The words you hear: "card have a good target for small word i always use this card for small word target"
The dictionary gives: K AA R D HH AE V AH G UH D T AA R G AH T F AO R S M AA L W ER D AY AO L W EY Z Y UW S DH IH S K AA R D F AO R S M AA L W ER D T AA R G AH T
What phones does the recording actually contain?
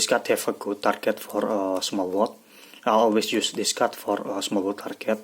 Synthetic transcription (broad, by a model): K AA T HH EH F AH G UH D T AA R G AH T F AO R S M AA L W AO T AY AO L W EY S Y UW S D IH S K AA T F AO R S M AA L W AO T AA R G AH T